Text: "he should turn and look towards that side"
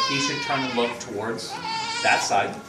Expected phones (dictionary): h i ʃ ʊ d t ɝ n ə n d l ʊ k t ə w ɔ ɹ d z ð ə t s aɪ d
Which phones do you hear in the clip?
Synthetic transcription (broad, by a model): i s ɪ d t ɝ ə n l ʊ k t ə w ɔ ɹ d z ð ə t s aɪ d